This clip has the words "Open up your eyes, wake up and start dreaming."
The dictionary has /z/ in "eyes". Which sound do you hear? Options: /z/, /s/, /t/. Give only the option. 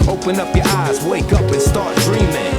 /z/